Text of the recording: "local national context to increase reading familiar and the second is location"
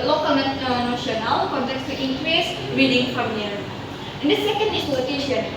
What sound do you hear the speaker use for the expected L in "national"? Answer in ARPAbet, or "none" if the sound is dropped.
W